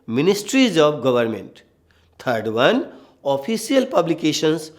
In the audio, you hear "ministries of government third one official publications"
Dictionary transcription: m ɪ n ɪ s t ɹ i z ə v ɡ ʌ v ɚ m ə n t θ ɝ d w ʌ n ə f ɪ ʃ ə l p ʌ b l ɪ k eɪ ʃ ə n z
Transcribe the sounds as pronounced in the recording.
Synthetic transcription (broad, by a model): m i n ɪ s t ɹ i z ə b ɡ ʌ b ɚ m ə n t t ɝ d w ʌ n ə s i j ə l p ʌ b l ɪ k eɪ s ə n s